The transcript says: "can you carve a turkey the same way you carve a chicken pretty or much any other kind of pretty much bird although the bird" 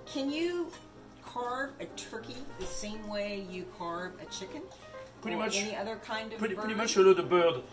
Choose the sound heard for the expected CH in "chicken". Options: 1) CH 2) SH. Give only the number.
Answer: 1